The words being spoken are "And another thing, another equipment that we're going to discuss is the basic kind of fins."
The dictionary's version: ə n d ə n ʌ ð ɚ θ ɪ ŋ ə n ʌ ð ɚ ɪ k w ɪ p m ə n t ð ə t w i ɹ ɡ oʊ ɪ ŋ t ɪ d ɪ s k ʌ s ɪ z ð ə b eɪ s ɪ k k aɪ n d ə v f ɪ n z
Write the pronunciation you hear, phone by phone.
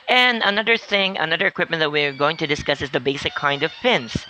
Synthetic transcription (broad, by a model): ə n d ə n ʌ ð ɚ θ ɪ ŋ ə n ʌ ð ɚ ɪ k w ɪ p m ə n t ð ə t w i ɹ ɡ oʊ ɪ ŋ t ɪ d ɪ s k ʌ s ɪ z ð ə b eɪ s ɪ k k aɪ n d ə v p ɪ n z